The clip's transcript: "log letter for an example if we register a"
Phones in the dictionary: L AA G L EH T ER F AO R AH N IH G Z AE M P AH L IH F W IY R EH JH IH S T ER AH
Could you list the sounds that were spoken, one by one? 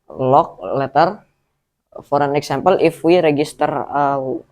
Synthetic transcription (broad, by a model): L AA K L EH T ER F AO R AH N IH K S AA M P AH L IH F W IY R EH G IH S T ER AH